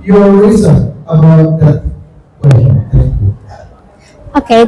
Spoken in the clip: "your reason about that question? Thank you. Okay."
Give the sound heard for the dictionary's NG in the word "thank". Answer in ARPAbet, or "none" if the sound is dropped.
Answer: none